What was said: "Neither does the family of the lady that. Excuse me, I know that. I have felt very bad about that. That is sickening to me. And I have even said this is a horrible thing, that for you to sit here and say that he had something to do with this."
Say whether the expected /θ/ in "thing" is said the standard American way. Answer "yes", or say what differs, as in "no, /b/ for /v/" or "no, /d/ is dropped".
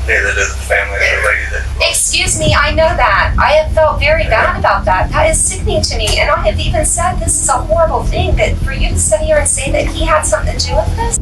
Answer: yes